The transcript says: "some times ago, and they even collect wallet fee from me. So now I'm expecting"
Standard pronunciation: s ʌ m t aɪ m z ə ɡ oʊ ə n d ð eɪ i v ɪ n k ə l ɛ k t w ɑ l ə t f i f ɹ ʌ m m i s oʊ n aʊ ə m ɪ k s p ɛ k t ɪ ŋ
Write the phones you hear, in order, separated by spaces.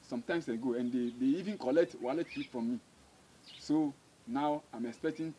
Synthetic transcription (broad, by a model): s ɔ m t aɪ m s ə ɡ oʊ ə n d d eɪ i v ɪ n k ə l ɛ k t w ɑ l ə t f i f ɹ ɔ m m i s oʊ n aʊ ə m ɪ k s p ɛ k t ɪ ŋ